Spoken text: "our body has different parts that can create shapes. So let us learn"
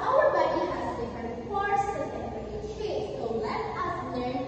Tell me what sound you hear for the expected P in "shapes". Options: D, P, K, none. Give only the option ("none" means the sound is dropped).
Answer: none